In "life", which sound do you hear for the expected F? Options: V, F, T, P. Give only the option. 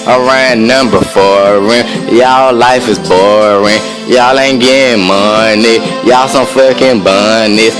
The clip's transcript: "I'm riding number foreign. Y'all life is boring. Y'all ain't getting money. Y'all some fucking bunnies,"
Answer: F